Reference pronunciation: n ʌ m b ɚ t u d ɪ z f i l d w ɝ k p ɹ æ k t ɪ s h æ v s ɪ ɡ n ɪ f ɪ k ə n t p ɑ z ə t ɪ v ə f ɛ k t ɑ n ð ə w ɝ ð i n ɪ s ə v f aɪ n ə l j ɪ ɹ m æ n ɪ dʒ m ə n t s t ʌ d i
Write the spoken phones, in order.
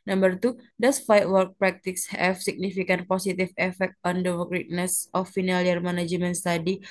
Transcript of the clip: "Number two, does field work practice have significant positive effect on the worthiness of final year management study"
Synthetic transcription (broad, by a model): n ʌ m b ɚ t u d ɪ s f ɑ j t w ɝ k p ɹ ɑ k t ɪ s h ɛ f s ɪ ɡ n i f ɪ k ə n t p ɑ s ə t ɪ f ə f ɛ k t ɑ n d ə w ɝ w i n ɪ s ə f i n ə l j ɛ ɹ m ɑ n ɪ dʒ m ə n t s t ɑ d i